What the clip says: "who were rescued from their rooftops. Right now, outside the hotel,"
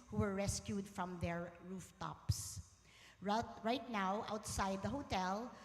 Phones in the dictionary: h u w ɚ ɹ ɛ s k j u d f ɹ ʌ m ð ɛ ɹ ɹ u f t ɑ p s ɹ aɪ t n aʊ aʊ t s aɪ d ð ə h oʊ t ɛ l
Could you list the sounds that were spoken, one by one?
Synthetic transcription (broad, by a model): h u w ɚ ɹ ɛ s k j u d f ɹ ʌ m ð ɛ ɹ ɹ u f t ɑ p s ɹ aɪ t n aʊ aʊ t s aɪ d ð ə h oʊ t ɛ l